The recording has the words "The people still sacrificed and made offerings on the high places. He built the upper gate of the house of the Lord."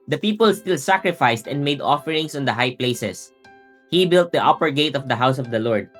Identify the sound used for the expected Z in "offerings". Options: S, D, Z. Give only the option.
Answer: S